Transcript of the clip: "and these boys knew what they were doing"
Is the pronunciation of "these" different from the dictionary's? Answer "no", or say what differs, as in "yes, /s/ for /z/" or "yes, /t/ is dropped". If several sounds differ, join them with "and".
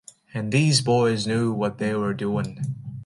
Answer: no